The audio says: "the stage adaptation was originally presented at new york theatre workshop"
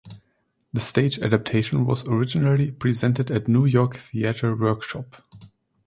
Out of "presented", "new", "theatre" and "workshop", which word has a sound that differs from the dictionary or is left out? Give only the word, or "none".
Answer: none